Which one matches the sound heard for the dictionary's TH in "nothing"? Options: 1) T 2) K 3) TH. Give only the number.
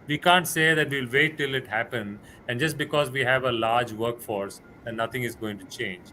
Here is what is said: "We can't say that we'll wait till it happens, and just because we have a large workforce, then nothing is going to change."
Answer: 1